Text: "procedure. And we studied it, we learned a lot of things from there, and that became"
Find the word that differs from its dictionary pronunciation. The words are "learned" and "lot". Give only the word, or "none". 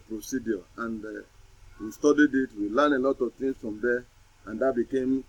learned